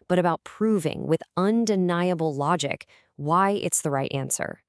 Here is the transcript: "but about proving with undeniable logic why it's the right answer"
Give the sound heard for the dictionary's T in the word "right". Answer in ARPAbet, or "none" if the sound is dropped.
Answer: T